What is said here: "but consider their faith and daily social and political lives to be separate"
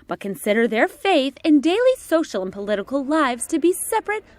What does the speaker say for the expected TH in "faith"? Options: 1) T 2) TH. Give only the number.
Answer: 2